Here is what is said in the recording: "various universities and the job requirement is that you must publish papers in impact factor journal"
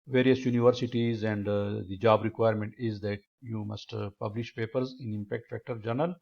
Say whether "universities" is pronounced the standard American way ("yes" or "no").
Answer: yes